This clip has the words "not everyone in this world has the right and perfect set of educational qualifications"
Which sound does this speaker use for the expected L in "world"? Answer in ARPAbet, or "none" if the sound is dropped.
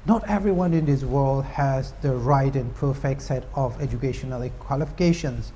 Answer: L